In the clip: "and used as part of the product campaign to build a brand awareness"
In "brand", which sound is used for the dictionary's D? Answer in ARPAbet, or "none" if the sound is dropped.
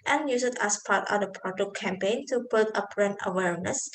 none